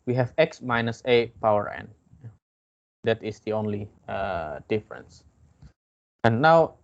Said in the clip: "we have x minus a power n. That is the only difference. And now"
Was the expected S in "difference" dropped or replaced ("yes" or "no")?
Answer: no